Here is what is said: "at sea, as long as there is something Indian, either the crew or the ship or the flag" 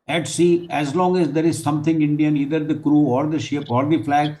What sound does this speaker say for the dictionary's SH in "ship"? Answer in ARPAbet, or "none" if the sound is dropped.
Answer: SH